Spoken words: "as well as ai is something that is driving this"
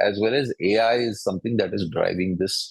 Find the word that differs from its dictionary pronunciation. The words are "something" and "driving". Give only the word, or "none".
something